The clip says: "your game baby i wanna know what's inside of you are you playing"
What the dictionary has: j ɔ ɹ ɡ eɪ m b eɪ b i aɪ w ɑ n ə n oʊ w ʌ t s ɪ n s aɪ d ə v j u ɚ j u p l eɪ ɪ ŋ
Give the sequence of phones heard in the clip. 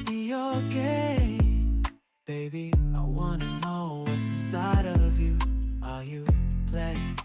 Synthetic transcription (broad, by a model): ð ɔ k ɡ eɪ b eɪ b i aɪ w ɑ n ə n oʊ w ʌ t s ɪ s aɪ d ə v j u ɚ j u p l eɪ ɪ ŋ